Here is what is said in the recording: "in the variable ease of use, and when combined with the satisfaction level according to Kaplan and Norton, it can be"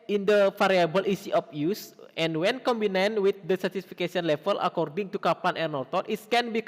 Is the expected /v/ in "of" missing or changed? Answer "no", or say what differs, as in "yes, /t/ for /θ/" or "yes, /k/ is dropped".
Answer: yes, /p/ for /v/